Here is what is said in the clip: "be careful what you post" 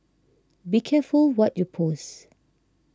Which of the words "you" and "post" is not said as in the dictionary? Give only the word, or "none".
post